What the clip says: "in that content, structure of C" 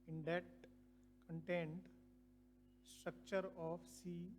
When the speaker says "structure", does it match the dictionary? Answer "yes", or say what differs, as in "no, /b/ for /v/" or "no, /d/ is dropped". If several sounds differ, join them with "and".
yes